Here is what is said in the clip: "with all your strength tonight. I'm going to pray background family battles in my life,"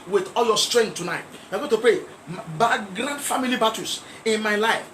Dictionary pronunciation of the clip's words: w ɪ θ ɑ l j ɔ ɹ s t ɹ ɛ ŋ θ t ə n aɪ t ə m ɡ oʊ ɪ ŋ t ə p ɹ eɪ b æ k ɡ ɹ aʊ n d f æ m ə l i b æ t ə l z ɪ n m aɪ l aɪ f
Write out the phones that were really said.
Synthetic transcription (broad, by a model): w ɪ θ ɑ l j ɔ s t ɹ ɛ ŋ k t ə n aɪ t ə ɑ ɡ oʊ t ə p eɪ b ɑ ɡ ɹ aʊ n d f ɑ m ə l i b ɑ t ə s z ɪ n m aɪ l aɪ f